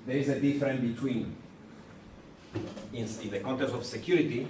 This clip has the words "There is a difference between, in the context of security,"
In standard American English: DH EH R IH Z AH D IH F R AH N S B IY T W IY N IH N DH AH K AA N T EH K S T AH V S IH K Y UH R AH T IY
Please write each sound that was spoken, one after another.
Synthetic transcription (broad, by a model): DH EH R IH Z AH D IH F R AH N B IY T W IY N IH N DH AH K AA N T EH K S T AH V S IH K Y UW R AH T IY